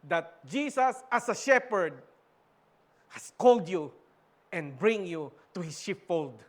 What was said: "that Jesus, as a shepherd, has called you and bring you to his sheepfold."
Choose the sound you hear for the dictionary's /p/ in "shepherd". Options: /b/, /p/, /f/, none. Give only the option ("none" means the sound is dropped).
/p/